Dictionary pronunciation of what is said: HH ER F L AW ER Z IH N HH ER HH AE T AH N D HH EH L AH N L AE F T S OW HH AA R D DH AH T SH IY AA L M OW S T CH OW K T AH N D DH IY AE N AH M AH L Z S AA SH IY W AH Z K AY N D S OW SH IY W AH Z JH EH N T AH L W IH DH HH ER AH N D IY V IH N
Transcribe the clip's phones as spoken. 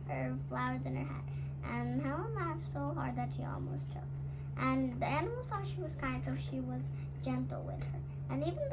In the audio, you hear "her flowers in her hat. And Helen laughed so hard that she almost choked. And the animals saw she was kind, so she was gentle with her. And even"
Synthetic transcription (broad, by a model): HH ER F L AW ER Z IH N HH ER HH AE T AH N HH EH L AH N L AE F S OW HH AA R D DH AH T SH IY AA L M OW S T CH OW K T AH N DH IY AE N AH M L S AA SH IY W AH Z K AY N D S OW SH IY W AH Z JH EH N T L W IH DH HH ER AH N IY V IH N